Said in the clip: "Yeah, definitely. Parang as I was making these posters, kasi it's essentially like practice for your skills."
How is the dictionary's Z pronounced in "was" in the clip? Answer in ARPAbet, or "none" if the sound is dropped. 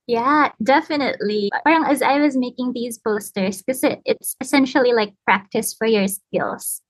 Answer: Z